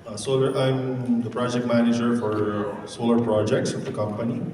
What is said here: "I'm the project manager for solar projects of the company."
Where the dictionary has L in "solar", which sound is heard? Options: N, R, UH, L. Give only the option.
L